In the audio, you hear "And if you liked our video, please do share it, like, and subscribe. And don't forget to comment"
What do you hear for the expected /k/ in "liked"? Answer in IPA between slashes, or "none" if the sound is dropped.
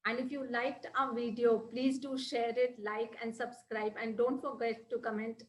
/k/